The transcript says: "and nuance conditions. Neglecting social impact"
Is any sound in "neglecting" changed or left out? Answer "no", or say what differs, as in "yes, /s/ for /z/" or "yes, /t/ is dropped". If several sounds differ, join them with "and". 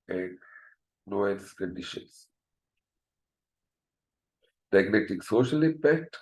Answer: yes, /n/ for /l/ and /k/ is dropped